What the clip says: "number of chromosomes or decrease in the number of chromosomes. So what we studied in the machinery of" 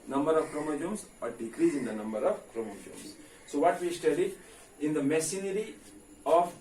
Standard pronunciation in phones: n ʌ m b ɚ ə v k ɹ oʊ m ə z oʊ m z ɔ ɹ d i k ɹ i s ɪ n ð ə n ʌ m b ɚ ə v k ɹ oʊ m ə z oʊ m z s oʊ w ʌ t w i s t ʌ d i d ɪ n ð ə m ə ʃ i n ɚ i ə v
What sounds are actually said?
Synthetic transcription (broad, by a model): n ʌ m b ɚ ə v k ɹ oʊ m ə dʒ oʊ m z ɔ ɹ d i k ɹ i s ɪ n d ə n ʌ m b ɚ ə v k ɹ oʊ m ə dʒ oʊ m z s oʊ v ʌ t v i s t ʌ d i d ɪ n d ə m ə s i n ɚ i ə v